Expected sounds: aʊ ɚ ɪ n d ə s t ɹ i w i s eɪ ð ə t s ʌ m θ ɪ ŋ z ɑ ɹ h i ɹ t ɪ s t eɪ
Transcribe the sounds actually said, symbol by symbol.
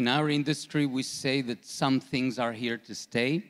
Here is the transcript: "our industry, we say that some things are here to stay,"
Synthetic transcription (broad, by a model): aʊ ɚ ɪ n d ə s t ɹ i w i s eɪ ð ə t s ʌ m θ ɪ ŋ z ɑ ɹ h i ɹ t ɪ s t eɪ